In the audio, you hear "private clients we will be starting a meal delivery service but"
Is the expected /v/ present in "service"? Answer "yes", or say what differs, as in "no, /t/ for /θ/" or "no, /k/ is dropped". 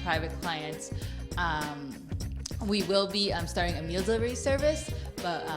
yes